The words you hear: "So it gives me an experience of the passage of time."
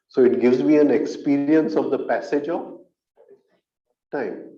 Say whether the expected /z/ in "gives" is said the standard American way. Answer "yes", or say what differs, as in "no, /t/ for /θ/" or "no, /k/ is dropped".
yes